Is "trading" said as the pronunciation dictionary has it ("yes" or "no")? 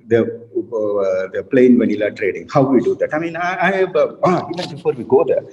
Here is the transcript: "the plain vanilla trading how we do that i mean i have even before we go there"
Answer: yes